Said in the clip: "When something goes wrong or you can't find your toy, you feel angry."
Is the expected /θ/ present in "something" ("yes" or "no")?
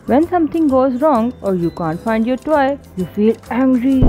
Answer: no